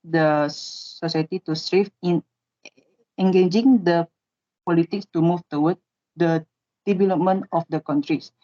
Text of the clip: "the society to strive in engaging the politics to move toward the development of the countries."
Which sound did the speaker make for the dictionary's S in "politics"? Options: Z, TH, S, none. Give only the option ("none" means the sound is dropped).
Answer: S